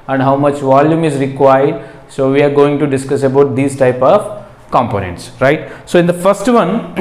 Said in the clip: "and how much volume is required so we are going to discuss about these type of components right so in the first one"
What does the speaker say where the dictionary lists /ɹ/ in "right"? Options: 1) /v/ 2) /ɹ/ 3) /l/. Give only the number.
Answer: 2